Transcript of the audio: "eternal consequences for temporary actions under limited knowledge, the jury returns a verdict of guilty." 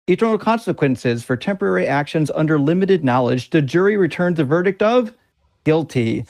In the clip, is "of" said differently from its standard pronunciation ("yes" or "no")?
no